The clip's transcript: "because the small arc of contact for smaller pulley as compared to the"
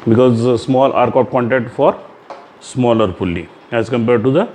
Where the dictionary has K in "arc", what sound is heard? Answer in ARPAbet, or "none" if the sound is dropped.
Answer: K